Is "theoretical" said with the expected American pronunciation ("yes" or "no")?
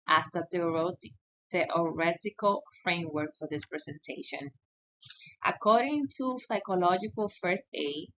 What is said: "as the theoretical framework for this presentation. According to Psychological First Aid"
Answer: no